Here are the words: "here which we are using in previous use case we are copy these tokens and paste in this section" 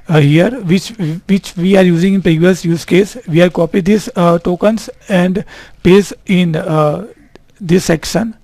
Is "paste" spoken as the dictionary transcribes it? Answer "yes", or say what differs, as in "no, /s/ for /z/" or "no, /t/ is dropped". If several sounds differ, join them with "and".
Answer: no, /t/ is dropped